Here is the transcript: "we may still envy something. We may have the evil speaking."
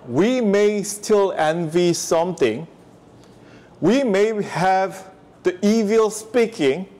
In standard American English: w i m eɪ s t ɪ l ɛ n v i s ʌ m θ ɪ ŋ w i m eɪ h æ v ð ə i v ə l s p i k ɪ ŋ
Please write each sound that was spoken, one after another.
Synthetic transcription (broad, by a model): w i m eɪ s t ɪ l ɛ n v i s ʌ m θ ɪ ŋ w i m eɪ h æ v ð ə i v ə l s p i k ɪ ŋ